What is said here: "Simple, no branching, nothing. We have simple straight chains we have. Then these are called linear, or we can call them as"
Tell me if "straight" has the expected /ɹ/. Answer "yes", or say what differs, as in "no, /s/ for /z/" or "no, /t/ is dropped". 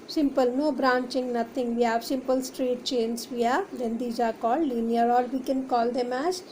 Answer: yes